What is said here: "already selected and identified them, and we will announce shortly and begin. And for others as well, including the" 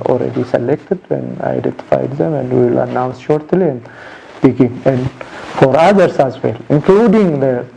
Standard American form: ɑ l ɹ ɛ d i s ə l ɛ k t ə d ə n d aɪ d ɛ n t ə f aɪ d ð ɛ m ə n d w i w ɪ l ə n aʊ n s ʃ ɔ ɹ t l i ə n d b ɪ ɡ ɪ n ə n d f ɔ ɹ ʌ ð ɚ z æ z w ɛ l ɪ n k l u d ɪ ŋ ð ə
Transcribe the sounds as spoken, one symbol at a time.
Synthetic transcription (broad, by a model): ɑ l ɹ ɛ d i s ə l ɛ k t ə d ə n aɪ d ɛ n t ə f aɪ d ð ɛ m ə n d w i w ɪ l ə n aʊ n s ʃ ɔ ɹ t l i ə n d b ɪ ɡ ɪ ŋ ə n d f ɔ ɹ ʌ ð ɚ s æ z w ɛ l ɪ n k l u d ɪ ŋ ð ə